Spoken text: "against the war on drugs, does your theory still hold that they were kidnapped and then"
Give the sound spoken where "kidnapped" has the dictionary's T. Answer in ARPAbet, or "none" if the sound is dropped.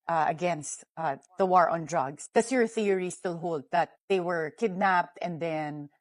T